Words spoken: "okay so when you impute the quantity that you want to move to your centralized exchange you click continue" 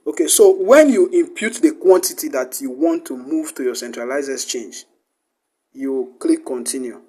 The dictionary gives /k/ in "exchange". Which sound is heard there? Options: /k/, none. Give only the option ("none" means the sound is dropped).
none